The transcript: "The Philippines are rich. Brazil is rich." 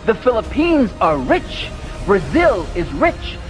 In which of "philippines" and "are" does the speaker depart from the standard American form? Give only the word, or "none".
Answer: none